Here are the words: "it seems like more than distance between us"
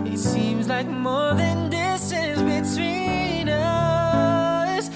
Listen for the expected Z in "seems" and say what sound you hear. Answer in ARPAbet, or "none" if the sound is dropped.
Z